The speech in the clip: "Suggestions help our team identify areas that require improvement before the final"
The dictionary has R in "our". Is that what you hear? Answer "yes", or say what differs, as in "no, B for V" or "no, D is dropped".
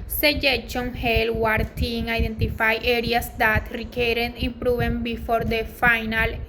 yes